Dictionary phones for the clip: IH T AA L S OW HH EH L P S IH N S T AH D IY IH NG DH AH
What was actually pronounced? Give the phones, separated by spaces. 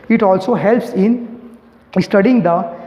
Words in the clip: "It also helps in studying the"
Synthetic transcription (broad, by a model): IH T AA L S OW HH EH L P S IH N S T AH D IY IH NG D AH